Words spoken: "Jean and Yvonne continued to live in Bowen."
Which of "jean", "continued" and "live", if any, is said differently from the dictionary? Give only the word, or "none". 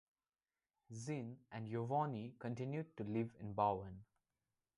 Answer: jean